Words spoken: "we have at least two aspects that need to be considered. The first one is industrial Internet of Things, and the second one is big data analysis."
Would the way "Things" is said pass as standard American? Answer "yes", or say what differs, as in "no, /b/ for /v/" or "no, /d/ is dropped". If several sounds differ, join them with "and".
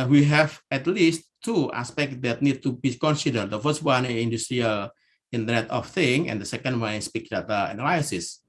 no, /z/ is dropped